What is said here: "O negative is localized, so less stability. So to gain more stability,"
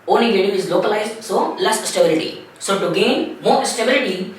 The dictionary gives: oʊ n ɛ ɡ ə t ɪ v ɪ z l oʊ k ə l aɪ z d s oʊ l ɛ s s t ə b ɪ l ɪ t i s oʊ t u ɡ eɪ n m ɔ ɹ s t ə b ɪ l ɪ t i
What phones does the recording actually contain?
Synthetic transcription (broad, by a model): oʊ n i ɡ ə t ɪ ɪ z l oʊ k ə l aɪ z d s oʊ l ɛ s s t ə b ɪ l ɪ t i s oʊ t u ɡ eɪ n m ɔ ɹ s t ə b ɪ l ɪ t i